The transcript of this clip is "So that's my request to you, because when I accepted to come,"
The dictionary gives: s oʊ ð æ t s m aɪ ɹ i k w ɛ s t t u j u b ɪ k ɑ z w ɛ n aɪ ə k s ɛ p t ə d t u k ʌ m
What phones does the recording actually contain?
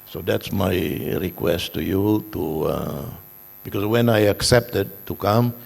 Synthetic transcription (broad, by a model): s oʊ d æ t s m aɪ ɹ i k w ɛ s t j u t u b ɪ k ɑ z w ɛ n aɪ ə k s ɛ p t ə d t u k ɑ m